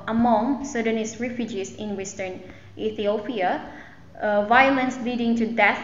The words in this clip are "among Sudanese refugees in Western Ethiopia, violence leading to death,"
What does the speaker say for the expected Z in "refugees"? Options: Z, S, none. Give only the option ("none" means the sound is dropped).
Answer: S